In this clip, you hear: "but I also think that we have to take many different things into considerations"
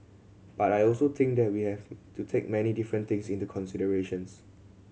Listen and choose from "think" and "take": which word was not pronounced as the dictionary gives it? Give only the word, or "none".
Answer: think